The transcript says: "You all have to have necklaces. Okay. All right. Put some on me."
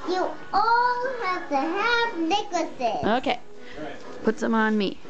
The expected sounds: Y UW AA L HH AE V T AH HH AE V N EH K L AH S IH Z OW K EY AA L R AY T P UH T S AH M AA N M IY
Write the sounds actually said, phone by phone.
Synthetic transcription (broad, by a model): Y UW AA L HH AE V T AH HH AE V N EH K AH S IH OW K EY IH P UH T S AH M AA N M IY